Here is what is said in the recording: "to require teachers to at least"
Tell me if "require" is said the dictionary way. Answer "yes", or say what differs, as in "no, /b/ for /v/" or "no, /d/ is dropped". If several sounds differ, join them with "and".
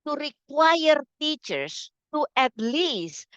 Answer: yes